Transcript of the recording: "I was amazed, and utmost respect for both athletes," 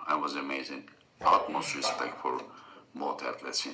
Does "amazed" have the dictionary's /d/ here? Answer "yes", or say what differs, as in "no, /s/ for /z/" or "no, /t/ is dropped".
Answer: no, /d/ is dropped